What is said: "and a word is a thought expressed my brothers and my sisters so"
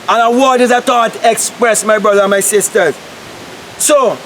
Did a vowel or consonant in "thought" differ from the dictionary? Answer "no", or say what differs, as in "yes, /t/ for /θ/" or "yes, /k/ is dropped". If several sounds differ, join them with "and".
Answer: yes, /t/ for /θ/